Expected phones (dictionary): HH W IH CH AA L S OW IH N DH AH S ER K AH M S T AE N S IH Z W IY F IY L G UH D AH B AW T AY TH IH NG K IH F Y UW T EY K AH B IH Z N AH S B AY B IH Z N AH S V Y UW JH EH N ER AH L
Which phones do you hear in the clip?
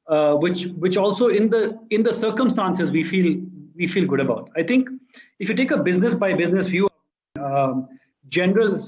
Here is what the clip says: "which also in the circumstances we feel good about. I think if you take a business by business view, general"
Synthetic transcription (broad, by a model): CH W IH CH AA L S OW IH N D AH S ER K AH M S T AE N S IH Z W IY F IY L G UH D AH B AW T AY T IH NG K IH F Y UW T EY K AH B IH Z N AH S B AY B IH Z N AH S F Y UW JH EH N ER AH L